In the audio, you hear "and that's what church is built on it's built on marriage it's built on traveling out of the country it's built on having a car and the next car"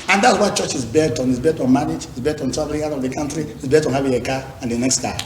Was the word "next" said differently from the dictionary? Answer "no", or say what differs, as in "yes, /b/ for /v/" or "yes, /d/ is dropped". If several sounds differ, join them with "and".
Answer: no